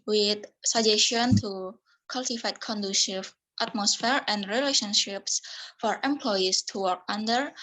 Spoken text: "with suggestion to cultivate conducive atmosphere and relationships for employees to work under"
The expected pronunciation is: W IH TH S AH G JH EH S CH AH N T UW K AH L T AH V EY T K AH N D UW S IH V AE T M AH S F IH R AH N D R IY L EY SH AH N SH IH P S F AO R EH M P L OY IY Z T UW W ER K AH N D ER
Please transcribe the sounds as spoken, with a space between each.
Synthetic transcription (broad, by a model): W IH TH S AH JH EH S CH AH N T UW K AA L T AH F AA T K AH N D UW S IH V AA T M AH S F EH R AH N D R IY L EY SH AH N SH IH P S F AO R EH M P L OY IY S T UW W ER K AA N D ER